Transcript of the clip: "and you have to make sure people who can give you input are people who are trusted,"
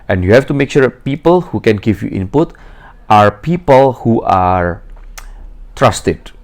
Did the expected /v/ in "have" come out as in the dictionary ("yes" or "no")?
no